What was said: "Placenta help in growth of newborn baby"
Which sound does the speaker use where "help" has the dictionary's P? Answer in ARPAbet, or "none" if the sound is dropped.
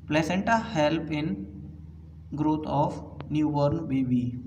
P